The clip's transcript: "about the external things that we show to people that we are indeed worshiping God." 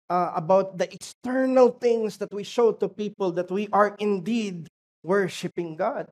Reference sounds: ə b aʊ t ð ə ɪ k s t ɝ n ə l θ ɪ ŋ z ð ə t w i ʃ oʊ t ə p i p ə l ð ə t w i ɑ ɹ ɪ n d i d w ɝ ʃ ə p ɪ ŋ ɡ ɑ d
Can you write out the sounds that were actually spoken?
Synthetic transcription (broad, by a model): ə b aʊ t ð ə ɪ k s t ɝ n ə l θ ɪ ŋ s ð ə t w i ʃ oʊ t ə p i p ə l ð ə t w i ɑ ɹ ɪ n d i d w ɝ ʃ ə p ɪ ŋ ɡ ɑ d